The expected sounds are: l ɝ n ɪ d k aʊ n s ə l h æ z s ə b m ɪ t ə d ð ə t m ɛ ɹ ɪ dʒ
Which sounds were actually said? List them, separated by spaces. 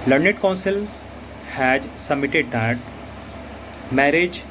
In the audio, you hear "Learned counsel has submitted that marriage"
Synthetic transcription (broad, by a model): l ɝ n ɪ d k aʊ n s ə l h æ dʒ s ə m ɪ t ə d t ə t m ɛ ɹ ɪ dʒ